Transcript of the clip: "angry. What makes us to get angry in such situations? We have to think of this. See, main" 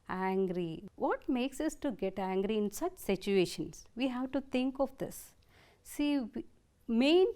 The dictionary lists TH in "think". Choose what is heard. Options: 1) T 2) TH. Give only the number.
1